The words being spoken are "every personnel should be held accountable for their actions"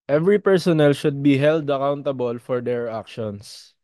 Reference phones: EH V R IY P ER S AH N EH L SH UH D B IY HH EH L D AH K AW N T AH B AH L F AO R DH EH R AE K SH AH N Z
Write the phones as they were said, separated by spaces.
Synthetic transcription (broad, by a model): EH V R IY P ER S AH N EH L SH UH D B IY HH EH L D AH K AW N T AH B AH L F AO R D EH R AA K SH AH N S